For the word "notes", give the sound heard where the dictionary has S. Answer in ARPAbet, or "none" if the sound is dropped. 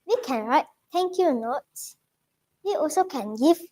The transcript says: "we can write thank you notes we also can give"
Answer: none